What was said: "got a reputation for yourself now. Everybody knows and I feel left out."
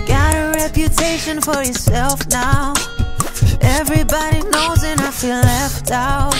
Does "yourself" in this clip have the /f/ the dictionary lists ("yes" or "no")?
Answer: yes